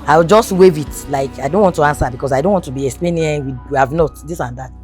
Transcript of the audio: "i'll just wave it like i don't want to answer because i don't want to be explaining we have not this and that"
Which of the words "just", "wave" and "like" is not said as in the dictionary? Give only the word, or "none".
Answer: none